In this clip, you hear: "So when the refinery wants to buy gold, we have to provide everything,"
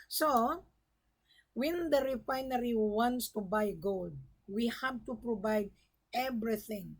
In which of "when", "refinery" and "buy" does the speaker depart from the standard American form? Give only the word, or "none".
none